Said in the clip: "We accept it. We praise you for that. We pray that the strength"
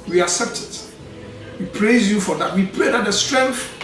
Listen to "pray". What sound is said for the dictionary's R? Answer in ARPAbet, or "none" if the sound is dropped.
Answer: L